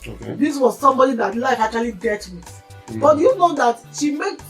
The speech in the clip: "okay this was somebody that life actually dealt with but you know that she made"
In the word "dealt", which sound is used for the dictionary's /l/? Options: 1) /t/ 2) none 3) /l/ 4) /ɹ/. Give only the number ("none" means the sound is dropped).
2